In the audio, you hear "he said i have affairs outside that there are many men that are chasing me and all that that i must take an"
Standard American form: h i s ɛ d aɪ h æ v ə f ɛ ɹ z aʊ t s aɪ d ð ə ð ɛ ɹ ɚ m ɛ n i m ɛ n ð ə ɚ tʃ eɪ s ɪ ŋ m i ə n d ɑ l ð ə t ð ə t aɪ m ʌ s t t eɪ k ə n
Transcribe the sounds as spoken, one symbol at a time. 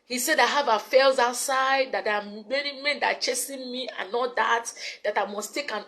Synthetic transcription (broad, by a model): h i s ɛ d aɪ h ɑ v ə f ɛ l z aʊ t s aɪ d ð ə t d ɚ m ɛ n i m ɛ n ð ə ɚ tʃ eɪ s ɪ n m i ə n ɑ l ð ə t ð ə t aɪ m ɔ s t t eɪ k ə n